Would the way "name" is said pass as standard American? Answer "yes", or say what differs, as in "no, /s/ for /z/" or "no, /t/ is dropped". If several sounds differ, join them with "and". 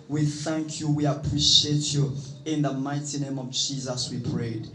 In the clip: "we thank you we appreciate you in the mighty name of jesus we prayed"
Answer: yes